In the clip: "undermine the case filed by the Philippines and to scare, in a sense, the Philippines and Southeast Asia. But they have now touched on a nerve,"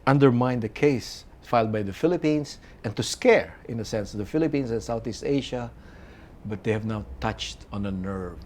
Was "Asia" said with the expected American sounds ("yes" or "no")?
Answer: no